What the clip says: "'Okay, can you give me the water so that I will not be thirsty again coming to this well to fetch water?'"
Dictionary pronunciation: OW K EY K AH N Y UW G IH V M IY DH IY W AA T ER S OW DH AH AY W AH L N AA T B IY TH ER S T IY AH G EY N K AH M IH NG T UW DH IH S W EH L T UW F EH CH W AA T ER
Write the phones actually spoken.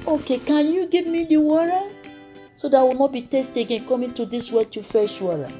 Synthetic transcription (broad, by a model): OW K EY K AH N Y UW G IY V M IY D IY W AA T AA S OW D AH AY W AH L N AA T B IY T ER S T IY G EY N K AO M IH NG T UW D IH S W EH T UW F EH SH W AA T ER